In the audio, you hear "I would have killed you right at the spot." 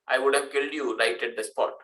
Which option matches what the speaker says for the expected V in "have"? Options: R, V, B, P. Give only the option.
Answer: V